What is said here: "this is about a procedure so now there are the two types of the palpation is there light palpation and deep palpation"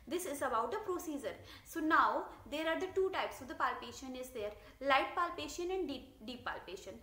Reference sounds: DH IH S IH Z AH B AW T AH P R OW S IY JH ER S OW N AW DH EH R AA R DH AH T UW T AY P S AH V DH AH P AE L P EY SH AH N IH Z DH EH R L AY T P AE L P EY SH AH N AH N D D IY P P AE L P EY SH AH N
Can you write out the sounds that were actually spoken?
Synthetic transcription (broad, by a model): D IH S IH Z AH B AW T AH P R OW S IY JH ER S OW N AW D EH R AA R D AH T UW T AY P S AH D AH P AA L P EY SH AH N IH Z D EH R L AY T P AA L P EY SH AH N AH N D D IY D P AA L P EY SH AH N